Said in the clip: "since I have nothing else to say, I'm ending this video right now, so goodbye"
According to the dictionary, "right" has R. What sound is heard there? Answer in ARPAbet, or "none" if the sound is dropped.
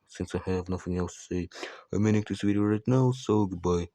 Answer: R